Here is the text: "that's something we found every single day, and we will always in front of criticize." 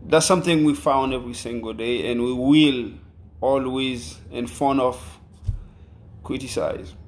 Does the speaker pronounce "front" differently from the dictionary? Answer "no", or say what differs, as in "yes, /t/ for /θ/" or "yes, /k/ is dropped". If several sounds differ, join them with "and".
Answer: yes, /ɹ/ is dropped and /t/ is dropped